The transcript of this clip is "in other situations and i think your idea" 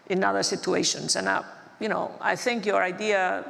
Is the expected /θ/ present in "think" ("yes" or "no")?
yes